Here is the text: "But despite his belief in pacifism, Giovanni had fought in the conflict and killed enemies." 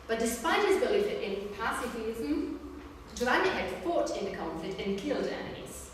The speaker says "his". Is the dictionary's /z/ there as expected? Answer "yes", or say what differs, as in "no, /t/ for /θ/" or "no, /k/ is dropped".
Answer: yes